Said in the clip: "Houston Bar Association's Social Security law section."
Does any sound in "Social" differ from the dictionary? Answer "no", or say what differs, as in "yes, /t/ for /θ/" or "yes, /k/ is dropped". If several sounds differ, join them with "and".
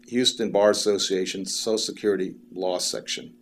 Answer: yes, /ʃ/ is dropped